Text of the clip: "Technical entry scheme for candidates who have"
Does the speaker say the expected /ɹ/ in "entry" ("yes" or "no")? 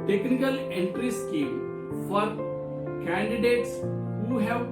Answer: yes